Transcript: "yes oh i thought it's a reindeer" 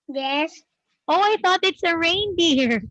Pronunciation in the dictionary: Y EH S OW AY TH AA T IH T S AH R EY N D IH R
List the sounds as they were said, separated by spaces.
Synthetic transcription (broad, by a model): Y EH S OW AY TH AA T IH T S AH R EY N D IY R